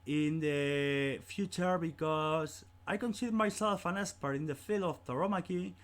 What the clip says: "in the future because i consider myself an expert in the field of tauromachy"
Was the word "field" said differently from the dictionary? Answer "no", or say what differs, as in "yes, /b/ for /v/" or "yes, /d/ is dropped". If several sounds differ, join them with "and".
yes, /d/ is dropped